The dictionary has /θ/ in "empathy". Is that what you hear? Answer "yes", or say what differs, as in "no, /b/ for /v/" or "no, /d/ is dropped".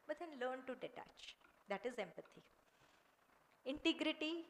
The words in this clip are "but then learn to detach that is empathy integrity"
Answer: no, /t/ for /θ/